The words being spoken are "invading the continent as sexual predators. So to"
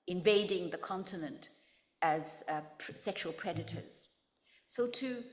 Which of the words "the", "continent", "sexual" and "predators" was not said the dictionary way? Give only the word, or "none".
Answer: none